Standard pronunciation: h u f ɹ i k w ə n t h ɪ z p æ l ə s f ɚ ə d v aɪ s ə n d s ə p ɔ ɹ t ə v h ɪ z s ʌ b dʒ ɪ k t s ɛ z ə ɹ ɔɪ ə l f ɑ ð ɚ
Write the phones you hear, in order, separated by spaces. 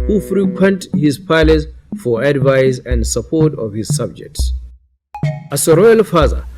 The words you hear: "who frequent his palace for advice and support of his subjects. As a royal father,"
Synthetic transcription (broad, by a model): h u f ɹ i k w ə n t h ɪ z p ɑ l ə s f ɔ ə d v aɪ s ə n d s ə p ɔ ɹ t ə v h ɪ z s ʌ b dʒ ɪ k t s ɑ s ə ɹ ɔɪ ə l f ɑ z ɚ